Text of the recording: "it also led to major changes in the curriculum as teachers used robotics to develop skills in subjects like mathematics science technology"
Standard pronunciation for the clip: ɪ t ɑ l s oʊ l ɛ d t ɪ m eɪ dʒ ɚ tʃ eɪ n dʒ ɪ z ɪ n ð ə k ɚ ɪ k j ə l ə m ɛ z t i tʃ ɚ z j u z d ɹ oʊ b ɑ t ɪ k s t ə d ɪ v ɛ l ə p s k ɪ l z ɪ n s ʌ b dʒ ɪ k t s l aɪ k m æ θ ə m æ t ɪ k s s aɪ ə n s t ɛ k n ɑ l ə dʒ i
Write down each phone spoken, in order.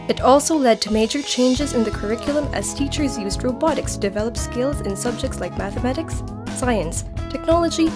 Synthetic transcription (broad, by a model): ɪ t ɑ l s oʊ l ɛ d t ɪ m eɪ dʒ ɚ tʃ eɪ n dʒ ɪ z ɪ n ð ə k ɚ ɪ k j l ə m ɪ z t i tʃ ɚ z j u z d ɹ oʊ b ɑ t ɪ k s d ɪ v ɛ l ə p s k ɪ l z ɪ n s ʌ b dʒ ɪ k t s l aɪ k m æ θ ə m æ t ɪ k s s aɪ ə n s t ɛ k n ɑ l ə dʒ i